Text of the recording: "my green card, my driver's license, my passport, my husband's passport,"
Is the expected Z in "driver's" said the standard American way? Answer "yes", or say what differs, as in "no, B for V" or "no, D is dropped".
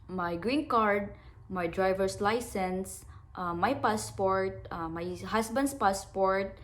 no, S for Z